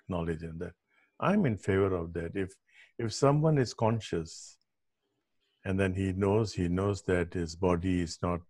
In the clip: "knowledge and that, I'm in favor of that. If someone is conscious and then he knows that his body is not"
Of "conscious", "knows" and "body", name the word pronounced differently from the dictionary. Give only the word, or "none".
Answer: none